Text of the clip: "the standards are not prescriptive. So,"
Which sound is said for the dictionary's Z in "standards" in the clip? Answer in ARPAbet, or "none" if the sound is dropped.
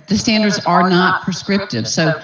Z